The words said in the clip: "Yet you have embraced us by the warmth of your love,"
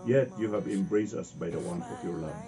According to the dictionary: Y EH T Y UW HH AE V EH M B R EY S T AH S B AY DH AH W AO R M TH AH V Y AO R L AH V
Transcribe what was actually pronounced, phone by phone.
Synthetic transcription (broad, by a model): Y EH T Y UW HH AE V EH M B R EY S AH S B AY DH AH W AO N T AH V Y AO R L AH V